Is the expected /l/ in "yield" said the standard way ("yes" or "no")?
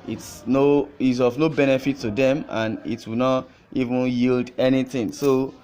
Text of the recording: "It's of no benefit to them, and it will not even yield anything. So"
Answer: yes